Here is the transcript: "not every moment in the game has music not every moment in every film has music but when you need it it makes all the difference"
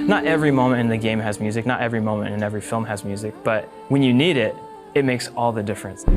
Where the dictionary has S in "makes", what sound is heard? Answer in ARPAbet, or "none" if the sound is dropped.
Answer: S